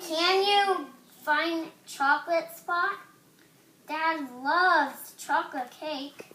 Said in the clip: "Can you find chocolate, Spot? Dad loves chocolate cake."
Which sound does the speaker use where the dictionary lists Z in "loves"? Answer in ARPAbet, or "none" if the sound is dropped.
none